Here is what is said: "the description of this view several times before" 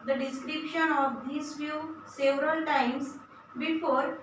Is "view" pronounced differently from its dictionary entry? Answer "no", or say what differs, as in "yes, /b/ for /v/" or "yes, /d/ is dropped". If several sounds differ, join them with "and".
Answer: yes, /f/ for /v/